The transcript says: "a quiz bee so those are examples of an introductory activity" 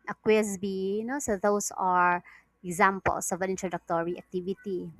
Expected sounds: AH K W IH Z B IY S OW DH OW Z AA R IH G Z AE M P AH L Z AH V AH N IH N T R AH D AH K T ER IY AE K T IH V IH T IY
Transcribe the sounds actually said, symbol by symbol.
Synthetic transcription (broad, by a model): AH K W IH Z B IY S OW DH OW S AA R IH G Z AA M P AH L S AH V AH N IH N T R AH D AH K T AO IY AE K T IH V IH T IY